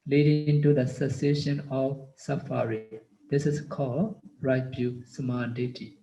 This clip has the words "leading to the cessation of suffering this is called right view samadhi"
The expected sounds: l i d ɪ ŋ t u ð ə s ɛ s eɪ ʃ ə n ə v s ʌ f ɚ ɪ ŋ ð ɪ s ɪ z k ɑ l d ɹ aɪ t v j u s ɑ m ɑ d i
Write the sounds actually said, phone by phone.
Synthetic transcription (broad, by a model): l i d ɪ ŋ t u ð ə s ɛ s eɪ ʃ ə n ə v s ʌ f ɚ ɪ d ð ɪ s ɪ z k ɑ l d ɹ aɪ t b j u s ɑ m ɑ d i